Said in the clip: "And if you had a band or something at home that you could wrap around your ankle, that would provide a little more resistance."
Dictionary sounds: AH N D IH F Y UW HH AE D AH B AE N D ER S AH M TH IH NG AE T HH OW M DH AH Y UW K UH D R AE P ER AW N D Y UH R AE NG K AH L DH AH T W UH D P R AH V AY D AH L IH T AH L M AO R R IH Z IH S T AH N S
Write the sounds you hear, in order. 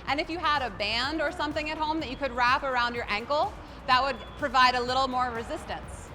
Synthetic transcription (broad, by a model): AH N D IH F Y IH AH D AH B AE N D ER S AH M TH IH NG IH T HH OW M DH AH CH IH K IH D R AE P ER AW N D Y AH R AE NG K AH L DH AH T W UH D P R AH V AY D AH L IH T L M AO R R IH Z IH S T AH N S